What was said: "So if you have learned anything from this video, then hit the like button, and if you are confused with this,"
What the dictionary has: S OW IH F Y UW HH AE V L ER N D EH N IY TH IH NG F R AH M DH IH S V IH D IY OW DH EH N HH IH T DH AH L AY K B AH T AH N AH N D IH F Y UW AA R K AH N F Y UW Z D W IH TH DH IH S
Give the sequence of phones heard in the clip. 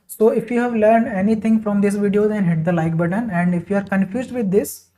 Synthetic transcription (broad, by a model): S OW IH F Y UW HH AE V L ER N D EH N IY T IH NG F R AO M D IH S V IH D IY OW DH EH N HH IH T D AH L AY K B AH T AH N AH N D IH F Y UW AA R K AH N F Y UW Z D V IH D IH S